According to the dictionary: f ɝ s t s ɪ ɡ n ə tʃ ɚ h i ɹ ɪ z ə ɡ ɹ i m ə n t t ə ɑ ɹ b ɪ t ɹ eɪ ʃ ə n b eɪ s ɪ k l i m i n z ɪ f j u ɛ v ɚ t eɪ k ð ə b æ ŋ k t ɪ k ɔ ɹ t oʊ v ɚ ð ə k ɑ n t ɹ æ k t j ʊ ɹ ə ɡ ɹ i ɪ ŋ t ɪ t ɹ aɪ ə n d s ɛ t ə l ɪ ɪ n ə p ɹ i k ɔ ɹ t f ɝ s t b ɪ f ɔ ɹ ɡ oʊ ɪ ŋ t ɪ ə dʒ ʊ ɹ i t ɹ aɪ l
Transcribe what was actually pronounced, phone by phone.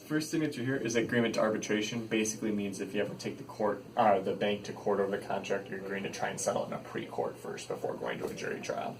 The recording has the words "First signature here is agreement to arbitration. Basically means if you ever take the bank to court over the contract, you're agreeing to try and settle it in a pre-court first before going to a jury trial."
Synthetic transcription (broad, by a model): f ɝ s t θ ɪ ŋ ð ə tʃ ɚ h i ɹ ɪ z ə ɡ ɹ i m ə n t t ə ɑ ɹ b ɪ t ɹ eɪ ʃ ə n b eɪ s ɪ k l i m i n z ɪ f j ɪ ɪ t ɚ t eɪ k ð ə b æ ŋ k t ɪ k ɔ ɹ t oʊ v ɚ ð ə k ɑ n t ɹ æ k t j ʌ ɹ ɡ ɔ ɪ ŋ t ɪ t ɹ aɪ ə n s ɛ t l ɪ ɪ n ə p ɹ i k ɔ ɹ t f ɝ s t b ɪ f ɔ ɹ ɡ oʊ ɪ ŋ t ɪ ə dʒ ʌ ɹ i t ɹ aɪ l